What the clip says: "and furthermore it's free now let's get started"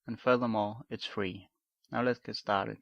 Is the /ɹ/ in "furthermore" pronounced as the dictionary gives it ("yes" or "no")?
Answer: no